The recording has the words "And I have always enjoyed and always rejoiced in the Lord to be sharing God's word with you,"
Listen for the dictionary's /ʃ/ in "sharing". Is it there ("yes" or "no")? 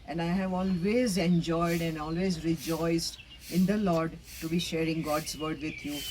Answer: yes